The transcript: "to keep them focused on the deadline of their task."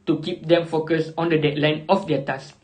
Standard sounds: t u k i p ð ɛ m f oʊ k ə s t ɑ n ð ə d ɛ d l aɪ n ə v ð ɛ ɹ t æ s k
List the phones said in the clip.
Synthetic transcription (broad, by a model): t u k i p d ɛ m f oʊ k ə s ɑ n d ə d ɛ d l aɪ n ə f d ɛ t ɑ s